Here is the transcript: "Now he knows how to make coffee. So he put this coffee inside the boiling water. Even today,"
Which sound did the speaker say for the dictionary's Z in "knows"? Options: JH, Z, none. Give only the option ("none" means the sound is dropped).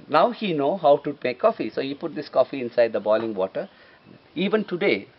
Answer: none